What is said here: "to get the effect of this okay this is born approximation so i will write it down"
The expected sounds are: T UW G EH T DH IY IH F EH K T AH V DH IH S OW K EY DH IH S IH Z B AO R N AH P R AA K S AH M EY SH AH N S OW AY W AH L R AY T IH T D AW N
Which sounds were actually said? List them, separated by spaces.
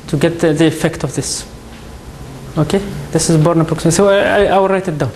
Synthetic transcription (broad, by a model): T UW G EH T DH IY IH F EH K T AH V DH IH S OW K EY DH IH S IH Z B AO R N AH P AA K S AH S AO AH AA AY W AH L R AY T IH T D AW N